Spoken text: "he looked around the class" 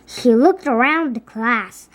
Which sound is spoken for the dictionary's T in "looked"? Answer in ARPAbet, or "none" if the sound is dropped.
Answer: T